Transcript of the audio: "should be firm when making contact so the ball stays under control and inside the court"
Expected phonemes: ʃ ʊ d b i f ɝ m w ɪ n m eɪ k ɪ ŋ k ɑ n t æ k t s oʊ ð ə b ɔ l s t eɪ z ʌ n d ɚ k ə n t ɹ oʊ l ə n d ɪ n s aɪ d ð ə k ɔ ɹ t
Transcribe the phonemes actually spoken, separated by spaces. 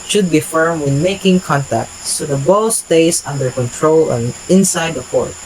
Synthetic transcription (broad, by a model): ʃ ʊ d b i f ɝ m w ɪ n m eɪ k ɪ ŋ k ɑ n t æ k t s oʊ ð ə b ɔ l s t eɪ s ʌ n d ɚ k ə n t ɹ oʊ l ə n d ɪ n s aɪ d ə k ɔ ɹ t